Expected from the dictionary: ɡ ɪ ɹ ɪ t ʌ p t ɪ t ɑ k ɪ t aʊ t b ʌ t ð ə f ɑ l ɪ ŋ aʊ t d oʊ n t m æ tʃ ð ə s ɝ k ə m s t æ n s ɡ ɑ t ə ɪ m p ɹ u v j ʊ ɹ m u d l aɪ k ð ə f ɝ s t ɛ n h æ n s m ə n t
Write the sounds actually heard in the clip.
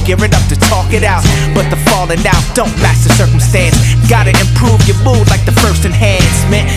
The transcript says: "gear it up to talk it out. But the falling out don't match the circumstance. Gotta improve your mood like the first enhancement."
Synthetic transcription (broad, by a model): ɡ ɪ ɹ ɪ t ʌ p t ɪ t ɑ k ɪ t aʊ t b ʌ t ð ə f ɑ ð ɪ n aʊ d oʊ n t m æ s ð ə s ɝ k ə m s t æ n s ɡ ɑ t ə ɪ m p ɹ u v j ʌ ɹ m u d l aɪ k ð ə f ɝ s t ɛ n h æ n s m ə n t